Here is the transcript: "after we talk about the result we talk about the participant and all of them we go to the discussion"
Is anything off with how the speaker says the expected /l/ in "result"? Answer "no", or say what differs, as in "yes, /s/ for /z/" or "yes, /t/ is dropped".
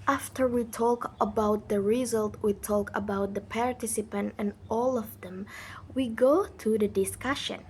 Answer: no